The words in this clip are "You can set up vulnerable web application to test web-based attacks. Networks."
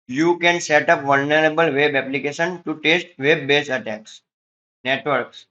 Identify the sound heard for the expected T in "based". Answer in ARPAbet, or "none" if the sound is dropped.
none